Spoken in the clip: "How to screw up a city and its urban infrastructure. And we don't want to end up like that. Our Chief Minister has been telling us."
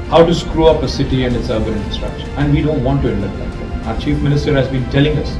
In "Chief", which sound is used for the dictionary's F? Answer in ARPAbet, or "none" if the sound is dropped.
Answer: F